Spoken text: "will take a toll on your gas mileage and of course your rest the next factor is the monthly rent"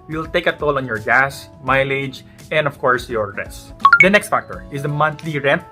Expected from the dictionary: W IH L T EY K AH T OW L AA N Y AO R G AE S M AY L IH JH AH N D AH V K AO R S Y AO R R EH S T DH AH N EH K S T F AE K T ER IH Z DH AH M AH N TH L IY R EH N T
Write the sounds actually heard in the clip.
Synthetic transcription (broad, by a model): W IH L T EY K AH T OW L AA N Y AO R G AE S M AY L IH JH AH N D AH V K AO R S Y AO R R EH S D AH N EH K S T F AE K T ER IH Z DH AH M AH N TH L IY R EH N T